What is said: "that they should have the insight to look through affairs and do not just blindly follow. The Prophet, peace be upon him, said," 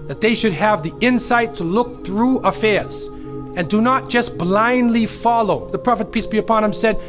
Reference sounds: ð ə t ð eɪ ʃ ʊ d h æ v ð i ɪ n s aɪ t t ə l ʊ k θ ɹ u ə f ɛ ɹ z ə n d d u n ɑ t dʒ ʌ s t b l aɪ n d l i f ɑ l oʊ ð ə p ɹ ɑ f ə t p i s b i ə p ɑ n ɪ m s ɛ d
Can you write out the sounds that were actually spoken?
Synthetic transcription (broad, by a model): ð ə t ð eɪ ʃ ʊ d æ v ð i ɪ n s aɪ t t ə l ʊ k θ ɹ u ə f ɛ ɹ z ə n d d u n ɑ t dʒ ʌ s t b l aɪ n d l i f ɑ l oʊ ð ə p ɹ ɑ f ə t p i s b i ə p ɑ n ɪ m s ɛ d